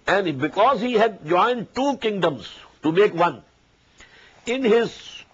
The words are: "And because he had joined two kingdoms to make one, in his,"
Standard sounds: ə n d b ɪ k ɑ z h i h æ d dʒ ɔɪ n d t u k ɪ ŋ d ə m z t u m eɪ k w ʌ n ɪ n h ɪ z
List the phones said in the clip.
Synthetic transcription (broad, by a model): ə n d b ɪ k ɑ z h i h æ d dʒ ɔɪ n d t u k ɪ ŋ d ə m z t u m eɪ k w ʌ n ɪ n h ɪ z